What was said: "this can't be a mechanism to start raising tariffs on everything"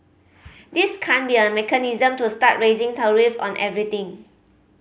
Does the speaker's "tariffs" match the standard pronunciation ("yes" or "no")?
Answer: no